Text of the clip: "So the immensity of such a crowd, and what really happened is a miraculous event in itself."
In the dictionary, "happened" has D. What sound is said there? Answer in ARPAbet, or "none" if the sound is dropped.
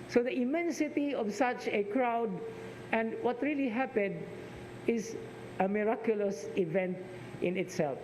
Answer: D